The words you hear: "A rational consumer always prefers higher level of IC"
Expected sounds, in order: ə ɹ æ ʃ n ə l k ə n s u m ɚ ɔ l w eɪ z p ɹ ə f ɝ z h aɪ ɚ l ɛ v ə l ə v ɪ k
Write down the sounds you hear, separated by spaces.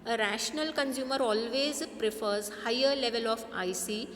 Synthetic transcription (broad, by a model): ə ɹ æ ʃ n ə l k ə n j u m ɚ ɔ l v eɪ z p ɹ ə f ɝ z h aɪ ɚ l ɛ v ə l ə f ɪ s